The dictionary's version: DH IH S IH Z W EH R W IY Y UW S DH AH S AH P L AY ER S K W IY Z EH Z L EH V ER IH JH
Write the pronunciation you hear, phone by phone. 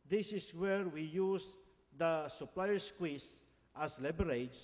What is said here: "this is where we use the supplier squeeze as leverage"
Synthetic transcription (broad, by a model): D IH S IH S W EH R W IY Y UW S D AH S AH P L AY ER S K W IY S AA S L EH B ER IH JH